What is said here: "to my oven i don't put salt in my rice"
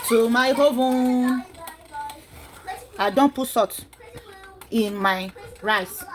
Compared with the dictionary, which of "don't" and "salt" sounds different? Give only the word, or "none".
salt